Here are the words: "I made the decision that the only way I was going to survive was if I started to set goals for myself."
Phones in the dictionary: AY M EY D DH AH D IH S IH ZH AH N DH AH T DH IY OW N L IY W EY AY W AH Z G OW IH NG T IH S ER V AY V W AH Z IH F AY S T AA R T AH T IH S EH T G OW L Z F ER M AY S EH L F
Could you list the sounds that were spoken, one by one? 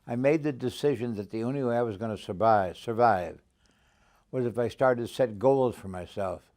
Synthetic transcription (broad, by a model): AY M EY D DH AH D IH S IH ZH AH N DH AH T DH IY OW N L IY W EY AY W AH Z G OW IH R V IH S ER V AY V W AH Z IH F AY S T AA R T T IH S EH T G OW L Z F ER M AY S EH L F